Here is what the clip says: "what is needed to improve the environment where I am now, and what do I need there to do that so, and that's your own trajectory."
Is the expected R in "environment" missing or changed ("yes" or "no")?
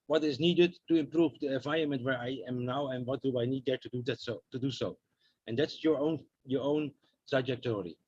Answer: yes